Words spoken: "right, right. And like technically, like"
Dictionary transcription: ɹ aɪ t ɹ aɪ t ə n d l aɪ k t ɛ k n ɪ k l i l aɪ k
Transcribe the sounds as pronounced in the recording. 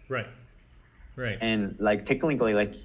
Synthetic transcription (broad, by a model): ɹ aɪ t ɹ aɪ t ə n l aɪ k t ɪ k l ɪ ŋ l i l aɪ k